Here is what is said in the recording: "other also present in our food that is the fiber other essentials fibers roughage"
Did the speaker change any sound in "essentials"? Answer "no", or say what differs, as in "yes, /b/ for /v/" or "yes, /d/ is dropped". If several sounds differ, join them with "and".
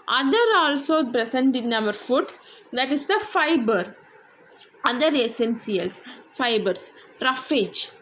yes, /s/ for /ʃ/ and /s/ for /z/